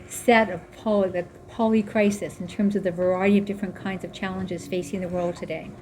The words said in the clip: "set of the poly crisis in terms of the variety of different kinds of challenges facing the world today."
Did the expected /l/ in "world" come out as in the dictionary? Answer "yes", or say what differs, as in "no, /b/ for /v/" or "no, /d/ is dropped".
yes